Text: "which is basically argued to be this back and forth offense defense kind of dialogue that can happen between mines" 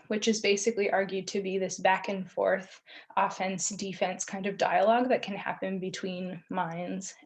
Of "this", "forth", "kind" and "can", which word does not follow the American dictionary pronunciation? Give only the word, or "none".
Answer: none